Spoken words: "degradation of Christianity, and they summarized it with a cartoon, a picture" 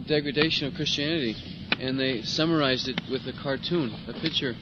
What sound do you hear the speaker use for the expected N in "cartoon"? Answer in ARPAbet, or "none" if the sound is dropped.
N